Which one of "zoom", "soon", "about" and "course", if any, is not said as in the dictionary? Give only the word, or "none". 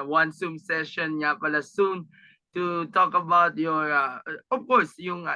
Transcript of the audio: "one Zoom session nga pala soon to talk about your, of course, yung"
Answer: zoom